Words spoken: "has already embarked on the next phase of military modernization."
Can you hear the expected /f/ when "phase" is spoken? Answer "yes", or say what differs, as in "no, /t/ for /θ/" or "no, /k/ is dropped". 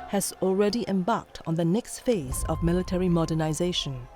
yes